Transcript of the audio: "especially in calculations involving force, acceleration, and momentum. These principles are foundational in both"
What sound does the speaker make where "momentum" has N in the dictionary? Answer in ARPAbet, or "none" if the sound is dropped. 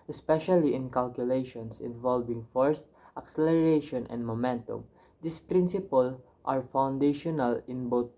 N